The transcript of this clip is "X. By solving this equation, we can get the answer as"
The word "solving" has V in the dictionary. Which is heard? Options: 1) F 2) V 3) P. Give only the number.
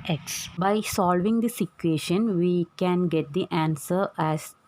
2